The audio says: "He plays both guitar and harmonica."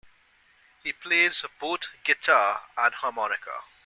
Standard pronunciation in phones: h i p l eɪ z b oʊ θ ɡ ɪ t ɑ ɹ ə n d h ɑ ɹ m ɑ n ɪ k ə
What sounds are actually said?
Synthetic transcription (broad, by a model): h i p l eɪ z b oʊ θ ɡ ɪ t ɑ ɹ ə n h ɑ m ɑ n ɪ k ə